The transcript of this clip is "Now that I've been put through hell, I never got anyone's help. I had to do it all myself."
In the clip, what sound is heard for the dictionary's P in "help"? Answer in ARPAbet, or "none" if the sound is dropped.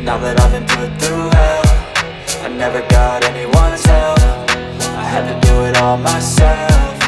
F